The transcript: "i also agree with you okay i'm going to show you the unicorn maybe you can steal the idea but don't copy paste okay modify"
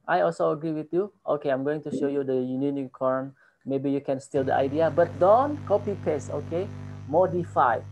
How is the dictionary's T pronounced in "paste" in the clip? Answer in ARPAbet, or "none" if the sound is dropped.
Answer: none